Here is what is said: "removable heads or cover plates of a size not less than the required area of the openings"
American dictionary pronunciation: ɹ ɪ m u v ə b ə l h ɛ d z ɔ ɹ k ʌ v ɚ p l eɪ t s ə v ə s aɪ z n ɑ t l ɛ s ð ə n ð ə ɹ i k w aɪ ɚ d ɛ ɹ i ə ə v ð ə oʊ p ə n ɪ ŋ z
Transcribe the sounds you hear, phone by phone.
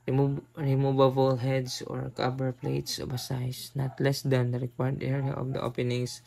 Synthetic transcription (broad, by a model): ɹ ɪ m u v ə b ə l h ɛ d s ɔ ɹ k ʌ b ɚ p l eɪ t s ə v ə s aɪ s n ɑ t l ɛ s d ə n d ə ɹ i k w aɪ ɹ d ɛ ɹ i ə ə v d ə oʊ p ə n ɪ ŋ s